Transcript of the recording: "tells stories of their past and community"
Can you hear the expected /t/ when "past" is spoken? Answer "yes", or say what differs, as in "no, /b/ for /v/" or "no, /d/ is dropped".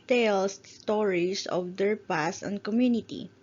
no, /t/ is dropped